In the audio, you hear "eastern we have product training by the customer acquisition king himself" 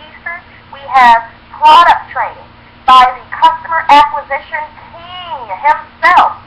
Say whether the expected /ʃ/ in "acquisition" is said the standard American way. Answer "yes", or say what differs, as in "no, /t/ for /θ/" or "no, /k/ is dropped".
yes